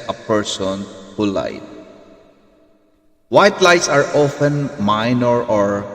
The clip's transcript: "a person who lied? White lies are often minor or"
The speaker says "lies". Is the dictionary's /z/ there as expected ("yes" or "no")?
no